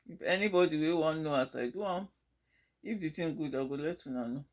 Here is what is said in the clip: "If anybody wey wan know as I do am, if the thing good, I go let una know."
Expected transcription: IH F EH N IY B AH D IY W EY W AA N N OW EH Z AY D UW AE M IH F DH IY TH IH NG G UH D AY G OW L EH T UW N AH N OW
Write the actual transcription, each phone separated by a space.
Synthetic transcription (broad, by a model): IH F EH N IY B AH D IY W EY W AA N N OW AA S AY D UW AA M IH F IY T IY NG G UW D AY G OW L EH T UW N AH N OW